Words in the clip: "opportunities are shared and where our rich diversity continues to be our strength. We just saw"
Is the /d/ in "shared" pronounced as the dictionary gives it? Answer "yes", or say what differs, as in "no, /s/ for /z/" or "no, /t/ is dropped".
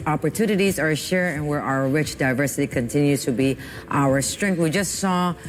no, /d/ is dropped